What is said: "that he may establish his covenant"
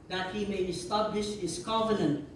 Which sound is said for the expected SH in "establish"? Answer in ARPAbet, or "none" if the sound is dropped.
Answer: SH